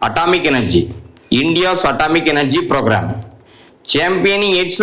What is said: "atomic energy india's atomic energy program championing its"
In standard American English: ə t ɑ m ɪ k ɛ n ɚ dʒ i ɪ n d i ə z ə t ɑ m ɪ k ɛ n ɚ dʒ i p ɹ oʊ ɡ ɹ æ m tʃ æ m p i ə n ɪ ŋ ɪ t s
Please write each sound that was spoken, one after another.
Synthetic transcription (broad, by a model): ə t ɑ m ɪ k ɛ n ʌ dʒ i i n d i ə s ə t ɑ m ɪ k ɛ n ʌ dʒ i p ɹ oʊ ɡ ɹ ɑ m tʃ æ m p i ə n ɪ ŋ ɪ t s